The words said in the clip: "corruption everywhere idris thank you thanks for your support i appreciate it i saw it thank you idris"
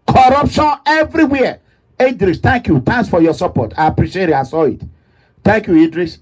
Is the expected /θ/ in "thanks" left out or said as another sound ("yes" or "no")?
yes